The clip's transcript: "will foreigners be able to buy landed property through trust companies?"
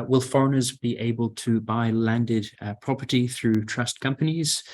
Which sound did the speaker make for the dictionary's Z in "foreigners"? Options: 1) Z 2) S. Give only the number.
1